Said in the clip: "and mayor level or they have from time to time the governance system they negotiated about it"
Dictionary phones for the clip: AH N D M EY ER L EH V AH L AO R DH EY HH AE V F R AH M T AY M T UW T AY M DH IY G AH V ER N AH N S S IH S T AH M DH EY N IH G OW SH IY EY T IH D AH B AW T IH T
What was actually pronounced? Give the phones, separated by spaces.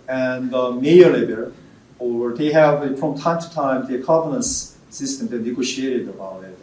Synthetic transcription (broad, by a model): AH N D M EY ER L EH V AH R AO R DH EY HH AE V F R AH M T AY M T UW T AY M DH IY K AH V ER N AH N S S IH S T AH M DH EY N IH G OW SH IY EY T IH D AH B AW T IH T